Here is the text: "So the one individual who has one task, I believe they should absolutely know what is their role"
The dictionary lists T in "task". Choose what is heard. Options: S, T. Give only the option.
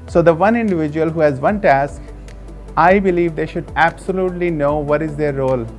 T